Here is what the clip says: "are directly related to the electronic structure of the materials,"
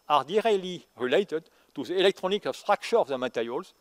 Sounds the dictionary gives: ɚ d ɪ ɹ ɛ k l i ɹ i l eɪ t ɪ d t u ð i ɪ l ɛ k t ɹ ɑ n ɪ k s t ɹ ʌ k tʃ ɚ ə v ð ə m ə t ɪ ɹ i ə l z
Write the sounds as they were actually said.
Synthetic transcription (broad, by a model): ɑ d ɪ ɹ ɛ l i ɹ i l eɪ t ɪ d t u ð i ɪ l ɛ k t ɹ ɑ n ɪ k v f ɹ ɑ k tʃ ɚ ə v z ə m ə t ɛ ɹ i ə l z